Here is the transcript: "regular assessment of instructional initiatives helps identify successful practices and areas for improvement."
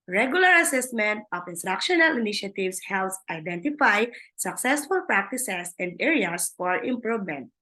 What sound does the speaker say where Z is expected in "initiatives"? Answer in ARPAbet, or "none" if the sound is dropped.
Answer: S